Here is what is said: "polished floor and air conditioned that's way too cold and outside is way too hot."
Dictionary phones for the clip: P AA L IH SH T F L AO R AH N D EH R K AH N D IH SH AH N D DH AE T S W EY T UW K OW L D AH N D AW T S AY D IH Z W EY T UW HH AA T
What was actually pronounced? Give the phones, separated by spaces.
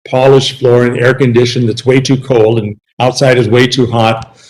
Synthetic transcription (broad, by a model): P AA L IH SH F L AO R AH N EH R K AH N D IH SH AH N DH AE T S W EY T UW K OW L D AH N AW T S AY D IH Z W EY T UW HH AA T